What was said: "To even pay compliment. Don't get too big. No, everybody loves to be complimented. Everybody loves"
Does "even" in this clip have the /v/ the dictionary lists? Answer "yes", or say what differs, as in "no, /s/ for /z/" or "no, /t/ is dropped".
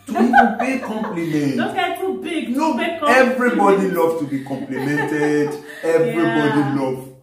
no, /v/ is dropped